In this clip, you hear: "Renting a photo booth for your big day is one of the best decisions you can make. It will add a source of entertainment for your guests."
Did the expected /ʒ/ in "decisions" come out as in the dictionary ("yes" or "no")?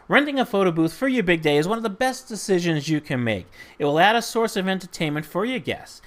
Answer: yes